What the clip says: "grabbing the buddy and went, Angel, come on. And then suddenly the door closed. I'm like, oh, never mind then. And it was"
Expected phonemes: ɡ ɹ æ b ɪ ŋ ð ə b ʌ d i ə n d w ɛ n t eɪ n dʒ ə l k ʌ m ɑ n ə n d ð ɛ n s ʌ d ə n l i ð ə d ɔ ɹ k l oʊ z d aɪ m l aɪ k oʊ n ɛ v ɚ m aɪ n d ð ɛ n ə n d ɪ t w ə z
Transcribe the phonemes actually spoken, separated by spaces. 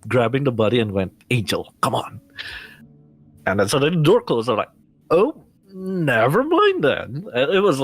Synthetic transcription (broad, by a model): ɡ ɹ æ b ɪ ŋ ð ə b ʌ d i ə n w ɛ n t eɪ n dʒ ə l k ʌ m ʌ n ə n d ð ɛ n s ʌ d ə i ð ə d ɔ ɹ k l oʊ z aɪ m l aɪ k oʊ n ɛ v ɚ m aɪ n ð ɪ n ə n ɪ t w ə z